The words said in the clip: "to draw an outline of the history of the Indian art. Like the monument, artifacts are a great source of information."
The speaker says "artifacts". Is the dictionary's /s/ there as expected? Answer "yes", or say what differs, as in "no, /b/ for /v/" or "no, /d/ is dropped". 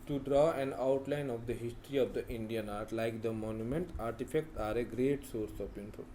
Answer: no, /s/ is dropped